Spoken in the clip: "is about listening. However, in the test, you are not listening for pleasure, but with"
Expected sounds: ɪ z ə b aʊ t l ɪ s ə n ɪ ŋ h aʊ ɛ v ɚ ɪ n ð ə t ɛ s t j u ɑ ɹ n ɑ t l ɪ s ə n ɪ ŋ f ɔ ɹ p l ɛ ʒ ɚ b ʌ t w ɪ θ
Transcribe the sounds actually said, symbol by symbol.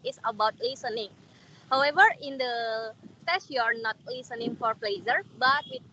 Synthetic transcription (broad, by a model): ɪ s ə b aʊ t l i s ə n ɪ ŋ h aʊ ɛ v ɚ ɪ n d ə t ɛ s j u ɑ ɹ n ɑ t l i s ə n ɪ ŋ f ɔ ɹ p l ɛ z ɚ b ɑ t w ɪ